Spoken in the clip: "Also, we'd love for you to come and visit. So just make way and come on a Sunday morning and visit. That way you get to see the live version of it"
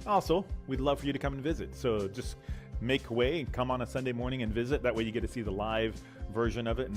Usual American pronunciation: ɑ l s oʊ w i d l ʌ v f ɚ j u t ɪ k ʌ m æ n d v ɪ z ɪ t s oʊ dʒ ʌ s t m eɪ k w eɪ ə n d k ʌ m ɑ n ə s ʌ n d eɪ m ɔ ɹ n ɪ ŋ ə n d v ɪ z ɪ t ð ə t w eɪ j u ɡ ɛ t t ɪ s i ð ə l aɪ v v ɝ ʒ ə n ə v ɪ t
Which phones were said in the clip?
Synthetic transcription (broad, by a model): ɑ l s oʊ w i d l ʌ v f ɚ j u t ɪ k ʌ m n v ɪ z ɪ t s oʊ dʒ ʌ s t m eɪ k w eɪ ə k ʌ m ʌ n ə s ʌ n d eɪ m ɔ ɹ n ɪ ŋ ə n v ɪ z ɪ t ð ə t w eɪ j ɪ ɡ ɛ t t ɪ s i ð ə l aɪ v v ɝ ʒ ə n ə v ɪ t